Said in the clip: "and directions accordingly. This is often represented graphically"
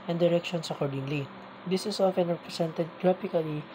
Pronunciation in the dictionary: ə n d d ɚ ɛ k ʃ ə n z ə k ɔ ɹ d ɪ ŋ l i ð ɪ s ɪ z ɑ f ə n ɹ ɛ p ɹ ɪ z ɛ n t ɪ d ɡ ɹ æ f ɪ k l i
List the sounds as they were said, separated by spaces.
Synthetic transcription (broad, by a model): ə n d d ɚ ɛ k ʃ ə n s ə k ɔ ɹ d ɪ ŋ l i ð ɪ s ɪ s ɑ f ə n ɹ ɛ p ɹ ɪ s ɛ n t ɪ d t ɹ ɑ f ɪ k l i